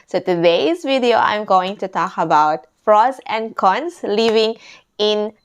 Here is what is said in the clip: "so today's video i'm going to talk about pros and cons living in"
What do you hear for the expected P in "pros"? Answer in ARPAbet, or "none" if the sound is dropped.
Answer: F